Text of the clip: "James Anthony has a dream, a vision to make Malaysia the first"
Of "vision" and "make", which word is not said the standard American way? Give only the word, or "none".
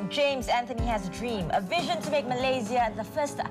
none